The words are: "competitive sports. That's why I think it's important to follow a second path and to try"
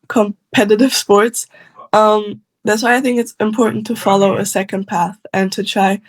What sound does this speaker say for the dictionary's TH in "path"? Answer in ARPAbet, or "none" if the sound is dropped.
TH